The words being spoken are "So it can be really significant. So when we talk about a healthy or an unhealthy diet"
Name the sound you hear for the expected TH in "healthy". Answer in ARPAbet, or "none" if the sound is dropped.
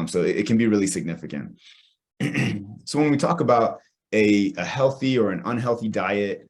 TH